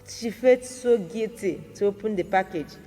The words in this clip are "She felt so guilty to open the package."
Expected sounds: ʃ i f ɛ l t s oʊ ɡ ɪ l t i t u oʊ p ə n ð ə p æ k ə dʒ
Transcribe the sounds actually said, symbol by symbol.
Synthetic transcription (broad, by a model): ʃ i f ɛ t s oʊ ɡ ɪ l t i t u oʊ p ə n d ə p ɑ k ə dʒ